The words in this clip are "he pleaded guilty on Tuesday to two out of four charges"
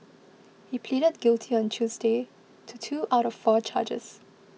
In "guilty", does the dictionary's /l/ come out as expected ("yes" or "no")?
yes